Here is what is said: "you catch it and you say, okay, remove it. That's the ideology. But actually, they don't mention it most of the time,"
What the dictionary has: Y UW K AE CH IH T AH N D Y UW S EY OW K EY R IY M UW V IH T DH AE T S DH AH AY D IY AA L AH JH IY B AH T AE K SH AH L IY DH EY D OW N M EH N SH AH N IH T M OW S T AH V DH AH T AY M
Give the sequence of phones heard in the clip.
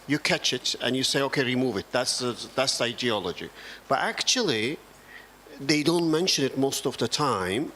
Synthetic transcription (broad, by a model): Y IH K AE CH IH T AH N Y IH S EY OW K EY R IY M UW V IH T DH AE T S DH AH AY D IY AA L AH JH IY B AH T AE K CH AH L IY DH EY D OW N M EH N SH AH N IH T M OW S T AH V DH AH T AY M